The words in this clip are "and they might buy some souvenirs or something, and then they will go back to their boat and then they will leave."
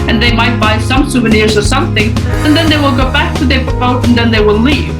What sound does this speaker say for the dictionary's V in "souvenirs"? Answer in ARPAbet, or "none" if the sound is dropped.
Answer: V